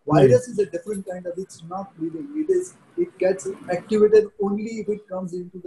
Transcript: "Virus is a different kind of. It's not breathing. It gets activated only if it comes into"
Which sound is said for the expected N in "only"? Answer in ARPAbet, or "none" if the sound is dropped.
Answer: N